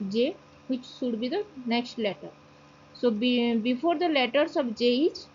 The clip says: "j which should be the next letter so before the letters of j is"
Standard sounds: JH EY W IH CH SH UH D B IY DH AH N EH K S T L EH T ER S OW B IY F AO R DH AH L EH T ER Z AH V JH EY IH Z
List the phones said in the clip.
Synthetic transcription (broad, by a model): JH EY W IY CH S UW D B IY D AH N EH K S T L EH T ER S OW B IY F AO R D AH L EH T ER S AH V JH EY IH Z